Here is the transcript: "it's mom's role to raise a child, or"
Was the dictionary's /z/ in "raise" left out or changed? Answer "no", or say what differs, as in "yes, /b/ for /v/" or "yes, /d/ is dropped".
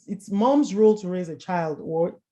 no